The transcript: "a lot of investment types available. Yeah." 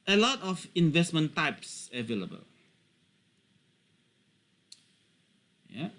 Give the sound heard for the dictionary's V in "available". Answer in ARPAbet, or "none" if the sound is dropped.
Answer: V